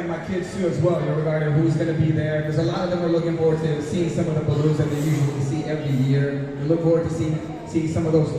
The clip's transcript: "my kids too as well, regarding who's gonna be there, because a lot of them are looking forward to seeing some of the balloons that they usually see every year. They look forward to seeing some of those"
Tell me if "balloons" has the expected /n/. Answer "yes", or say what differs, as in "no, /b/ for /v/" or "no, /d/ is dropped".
no, /n/ is dropped